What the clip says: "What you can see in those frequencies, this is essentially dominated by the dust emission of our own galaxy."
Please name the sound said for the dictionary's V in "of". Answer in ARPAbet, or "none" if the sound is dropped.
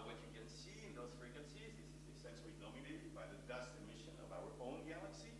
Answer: V